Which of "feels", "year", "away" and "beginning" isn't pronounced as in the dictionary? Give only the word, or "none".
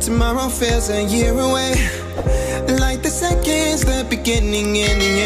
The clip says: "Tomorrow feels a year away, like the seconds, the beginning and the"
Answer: feels